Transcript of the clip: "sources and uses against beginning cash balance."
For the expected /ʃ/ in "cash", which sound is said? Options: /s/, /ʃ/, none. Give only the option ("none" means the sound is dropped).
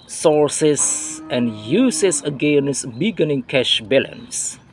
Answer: /ʃ/